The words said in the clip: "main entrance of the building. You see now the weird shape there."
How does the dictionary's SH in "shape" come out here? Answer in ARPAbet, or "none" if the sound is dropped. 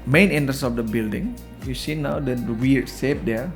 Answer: S